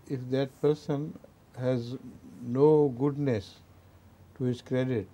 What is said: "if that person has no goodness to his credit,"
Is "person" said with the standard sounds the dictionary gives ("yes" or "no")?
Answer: yes